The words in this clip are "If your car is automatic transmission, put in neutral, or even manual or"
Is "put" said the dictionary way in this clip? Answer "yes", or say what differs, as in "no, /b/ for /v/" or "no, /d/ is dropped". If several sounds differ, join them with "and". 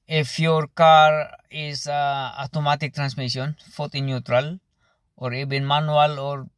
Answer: no, /f/ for /p/